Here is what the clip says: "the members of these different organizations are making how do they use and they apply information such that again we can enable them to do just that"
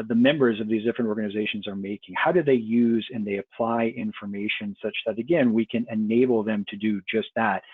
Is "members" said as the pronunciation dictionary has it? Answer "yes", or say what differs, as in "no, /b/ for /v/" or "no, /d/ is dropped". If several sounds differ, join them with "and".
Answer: yes